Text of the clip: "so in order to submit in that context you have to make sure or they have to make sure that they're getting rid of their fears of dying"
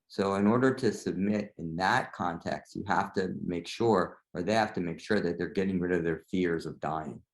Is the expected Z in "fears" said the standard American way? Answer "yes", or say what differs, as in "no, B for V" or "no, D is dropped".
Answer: yes